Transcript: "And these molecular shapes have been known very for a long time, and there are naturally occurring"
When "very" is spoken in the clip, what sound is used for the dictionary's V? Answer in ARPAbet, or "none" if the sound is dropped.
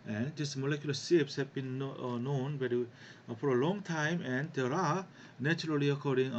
B